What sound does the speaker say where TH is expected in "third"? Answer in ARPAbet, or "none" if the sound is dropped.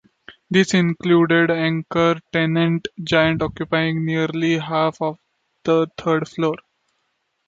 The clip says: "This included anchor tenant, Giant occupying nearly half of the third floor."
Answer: T